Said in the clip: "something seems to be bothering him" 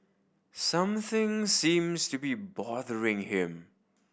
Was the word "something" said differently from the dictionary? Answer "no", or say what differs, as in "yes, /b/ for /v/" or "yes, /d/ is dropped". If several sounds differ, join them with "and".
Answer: no